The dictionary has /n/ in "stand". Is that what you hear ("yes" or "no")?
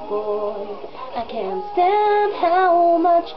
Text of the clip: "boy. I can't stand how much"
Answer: no